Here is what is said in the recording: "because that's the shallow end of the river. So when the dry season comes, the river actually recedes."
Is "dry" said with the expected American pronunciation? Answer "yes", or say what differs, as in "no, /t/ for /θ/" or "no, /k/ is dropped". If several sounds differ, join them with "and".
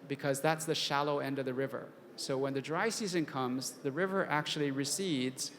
yes